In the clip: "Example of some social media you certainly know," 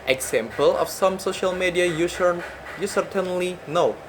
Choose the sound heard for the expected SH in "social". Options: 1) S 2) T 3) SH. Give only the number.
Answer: 3